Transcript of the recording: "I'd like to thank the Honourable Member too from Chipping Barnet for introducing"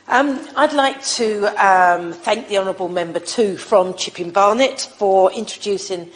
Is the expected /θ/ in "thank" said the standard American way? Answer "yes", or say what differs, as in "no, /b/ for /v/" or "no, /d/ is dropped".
yes